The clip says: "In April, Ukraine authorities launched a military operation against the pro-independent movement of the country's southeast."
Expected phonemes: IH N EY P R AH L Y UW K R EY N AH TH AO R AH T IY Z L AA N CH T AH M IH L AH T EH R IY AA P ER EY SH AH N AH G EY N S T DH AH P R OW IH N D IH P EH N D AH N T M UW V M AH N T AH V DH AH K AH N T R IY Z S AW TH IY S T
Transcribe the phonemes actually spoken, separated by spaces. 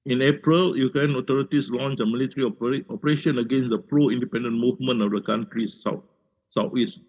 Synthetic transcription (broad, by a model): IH N EY P R AH L Y UW K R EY N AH T AO R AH T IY S L AA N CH AH M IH L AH T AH R IY AA P ER EY SH AH N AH G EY N S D AH P R OW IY N D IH P EH N D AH N M UW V M AH N AH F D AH K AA N T R IY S S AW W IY S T